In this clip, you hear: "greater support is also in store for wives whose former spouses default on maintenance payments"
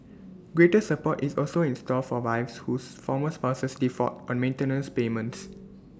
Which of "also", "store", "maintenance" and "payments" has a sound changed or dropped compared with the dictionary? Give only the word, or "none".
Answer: store